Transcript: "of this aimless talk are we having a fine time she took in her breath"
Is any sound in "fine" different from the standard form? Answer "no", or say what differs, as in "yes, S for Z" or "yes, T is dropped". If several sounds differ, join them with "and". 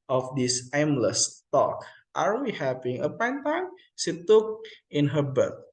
yes, P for F